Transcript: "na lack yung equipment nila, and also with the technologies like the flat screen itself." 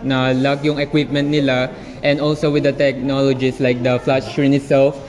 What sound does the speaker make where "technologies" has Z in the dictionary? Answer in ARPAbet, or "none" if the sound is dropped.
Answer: S